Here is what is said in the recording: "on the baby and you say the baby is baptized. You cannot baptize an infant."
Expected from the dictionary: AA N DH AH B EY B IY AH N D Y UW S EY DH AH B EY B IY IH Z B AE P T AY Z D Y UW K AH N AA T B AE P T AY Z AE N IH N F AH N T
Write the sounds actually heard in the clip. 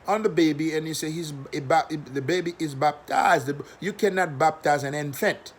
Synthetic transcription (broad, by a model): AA N DH AH B EY B IY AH N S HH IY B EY DH AH B EY B IY IH Z B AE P T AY Z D Y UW K AH N AA T B AE P T AY Z AE N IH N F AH N T